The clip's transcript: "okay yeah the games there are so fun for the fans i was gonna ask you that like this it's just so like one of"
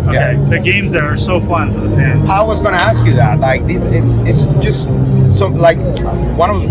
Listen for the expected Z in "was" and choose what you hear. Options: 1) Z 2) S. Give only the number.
1